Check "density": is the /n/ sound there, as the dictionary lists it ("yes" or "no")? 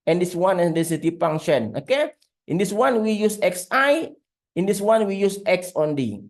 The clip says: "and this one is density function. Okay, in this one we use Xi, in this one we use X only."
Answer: no